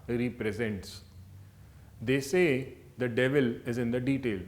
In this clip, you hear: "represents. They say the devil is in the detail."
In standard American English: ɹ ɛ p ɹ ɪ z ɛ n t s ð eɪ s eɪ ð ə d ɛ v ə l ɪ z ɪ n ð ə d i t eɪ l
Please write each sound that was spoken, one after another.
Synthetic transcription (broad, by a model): ɹ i p ɹ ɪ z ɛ n t s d eɪ s eɪ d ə d ɛ v ə l ɪ z ɪ n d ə d i t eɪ l